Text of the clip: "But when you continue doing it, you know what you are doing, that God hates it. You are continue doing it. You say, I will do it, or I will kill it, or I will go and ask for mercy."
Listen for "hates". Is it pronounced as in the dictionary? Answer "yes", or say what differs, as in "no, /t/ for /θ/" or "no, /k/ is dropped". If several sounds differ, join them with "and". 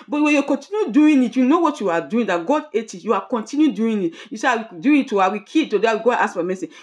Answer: no, /s/ is dropped